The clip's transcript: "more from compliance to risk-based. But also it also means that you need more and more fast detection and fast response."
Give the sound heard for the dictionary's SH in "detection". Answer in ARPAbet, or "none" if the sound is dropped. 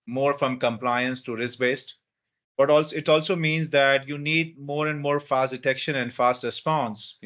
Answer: SH